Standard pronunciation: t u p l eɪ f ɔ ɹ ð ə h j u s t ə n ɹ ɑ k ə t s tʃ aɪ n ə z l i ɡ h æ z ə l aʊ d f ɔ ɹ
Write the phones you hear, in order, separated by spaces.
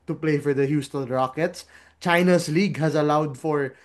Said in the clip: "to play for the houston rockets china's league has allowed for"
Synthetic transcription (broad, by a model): t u p l eɪ f ɔ ɹ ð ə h j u s t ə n ɹ ɑ k ə t s tʃ aɪ n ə s l i ɡ h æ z ə l aʊ d f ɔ ɹ